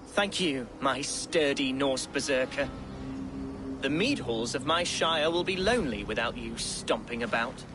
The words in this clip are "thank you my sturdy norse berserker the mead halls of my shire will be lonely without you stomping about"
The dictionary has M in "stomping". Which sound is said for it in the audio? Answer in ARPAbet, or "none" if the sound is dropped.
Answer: M